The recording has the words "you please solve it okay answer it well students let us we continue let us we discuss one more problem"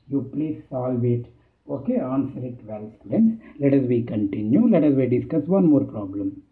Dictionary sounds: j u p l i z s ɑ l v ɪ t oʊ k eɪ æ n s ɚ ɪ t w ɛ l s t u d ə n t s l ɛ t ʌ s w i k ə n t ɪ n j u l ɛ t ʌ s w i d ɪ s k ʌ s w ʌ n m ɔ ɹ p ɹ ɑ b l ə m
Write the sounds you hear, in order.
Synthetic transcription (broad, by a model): j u p l i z s ɑ l v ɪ t oʊ k eɪ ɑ n s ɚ ɪ t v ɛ l s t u d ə n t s l ɛ t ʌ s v i k ə n t ɪ n j u l ɛ t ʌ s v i d ɪ s k ʌ s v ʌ n m ɔ ɹ p ɹ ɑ b l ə m